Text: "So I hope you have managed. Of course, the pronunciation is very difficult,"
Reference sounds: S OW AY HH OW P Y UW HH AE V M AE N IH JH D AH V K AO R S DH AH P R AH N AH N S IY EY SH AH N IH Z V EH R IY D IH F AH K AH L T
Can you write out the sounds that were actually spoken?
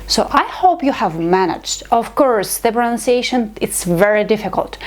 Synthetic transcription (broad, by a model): S OW AY HH OW P Y UW HH AE V M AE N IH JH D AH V K AO R S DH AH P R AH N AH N S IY EY SH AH N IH S V EH R IY D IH F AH K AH L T